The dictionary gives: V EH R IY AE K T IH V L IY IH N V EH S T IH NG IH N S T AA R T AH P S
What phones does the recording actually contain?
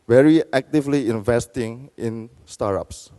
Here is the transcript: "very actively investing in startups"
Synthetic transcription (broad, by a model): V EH R IY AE K T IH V L IY IH N V EH S T IH NG IH N S T AA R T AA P S